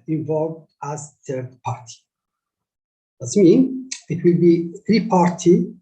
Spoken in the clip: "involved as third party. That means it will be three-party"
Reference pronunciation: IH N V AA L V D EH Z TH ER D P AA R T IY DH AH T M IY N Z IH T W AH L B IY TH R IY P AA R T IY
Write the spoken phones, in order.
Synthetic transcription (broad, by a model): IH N V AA L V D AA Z TH ER D P AA R T IY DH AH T M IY N IH T W AH L B IY TH R IY P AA R T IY